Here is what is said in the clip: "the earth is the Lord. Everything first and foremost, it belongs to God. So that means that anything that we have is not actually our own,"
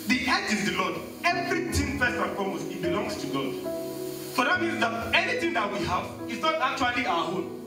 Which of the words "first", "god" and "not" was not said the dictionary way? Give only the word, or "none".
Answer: first